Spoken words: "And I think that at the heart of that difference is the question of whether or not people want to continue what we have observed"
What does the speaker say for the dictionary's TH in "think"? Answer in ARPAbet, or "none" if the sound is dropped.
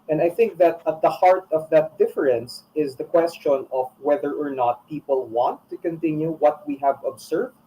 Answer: TH